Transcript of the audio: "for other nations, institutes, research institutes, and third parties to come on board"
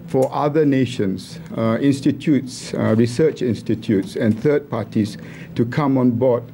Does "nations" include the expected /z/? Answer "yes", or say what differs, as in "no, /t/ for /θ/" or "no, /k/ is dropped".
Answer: no, /s/ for /z/